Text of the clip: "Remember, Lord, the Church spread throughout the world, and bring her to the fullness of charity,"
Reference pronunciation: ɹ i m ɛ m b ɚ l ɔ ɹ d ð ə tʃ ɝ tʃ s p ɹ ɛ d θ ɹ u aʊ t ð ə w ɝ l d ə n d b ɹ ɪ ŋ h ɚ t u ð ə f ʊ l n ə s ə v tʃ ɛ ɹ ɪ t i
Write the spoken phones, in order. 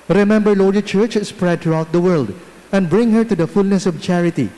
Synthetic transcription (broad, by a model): ɹ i m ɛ m b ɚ l ɔ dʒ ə tʃ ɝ tʃ s p ɹ ɛ d t ɹ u aʊ t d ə w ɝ l d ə n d b ɹ ɪ ŋ h ɚ t u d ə f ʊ l n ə s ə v tʃ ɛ ɹ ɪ t i